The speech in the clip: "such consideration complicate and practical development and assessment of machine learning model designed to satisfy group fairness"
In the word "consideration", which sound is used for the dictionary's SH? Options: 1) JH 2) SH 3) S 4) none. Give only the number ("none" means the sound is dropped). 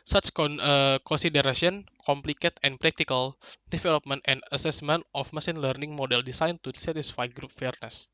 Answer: 3